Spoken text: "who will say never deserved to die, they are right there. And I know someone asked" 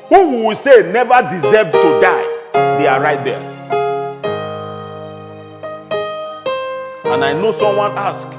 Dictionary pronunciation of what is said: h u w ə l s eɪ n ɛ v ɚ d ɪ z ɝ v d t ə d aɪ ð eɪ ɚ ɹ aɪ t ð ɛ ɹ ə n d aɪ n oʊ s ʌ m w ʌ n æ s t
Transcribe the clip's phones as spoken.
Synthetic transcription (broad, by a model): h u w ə w s eɪ n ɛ v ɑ d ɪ z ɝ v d t ə d aɪ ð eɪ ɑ ɹ aɪ t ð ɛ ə n aɪ n oʊ s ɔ m w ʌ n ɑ s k